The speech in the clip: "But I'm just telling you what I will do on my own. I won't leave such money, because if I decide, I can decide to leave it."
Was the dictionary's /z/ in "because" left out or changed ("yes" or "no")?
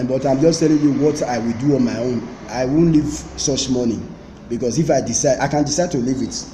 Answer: yes